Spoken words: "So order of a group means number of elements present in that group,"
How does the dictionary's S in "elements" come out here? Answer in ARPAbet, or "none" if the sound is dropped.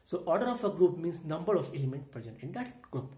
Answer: none